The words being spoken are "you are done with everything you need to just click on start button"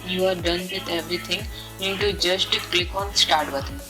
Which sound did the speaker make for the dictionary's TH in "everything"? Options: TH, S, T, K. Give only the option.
T